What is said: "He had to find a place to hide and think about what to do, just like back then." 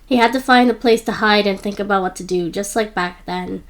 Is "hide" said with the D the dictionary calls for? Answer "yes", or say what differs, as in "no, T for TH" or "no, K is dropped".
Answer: yes